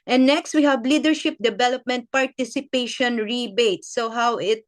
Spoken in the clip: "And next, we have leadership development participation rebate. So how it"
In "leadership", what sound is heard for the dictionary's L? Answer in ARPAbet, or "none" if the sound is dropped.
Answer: L